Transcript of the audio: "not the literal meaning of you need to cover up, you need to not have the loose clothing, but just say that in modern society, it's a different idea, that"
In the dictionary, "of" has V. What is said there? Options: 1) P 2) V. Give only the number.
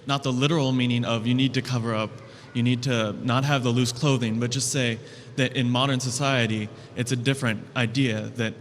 2